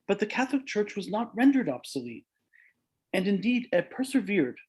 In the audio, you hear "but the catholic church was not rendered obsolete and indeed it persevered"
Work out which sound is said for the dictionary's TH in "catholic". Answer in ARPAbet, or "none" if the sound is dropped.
TH